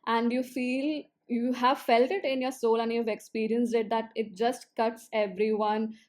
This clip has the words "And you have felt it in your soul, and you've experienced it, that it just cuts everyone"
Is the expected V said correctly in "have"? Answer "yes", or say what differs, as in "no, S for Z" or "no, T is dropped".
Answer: yes